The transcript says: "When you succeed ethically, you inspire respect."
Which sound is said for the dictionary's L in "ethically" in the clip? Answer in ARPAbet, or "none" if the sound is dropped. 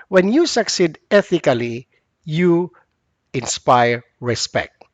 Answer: L